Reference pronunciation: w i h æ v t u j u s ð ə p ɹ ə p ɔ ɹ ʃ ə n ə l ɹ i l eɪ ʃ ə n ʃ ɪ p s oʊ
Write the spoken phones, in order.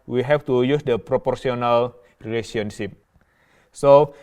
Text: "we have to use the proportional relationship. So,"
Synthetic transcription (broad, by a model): w i h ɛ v t u j u s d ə p ɹ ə p ɔ ɹ s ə n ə l ɹ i l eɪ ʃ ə n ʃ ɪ p s oʊ